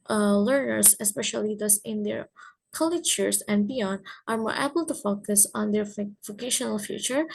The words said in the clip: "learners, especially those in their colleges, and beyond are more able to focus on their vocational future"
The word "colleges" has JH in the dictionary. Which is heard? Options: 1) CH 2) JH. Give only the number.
1